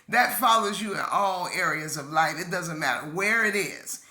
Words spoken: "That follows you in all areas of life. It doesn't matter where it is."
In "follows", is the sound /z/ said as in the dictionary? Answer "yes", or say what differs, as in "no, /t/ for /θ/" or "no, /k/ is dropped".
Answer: yes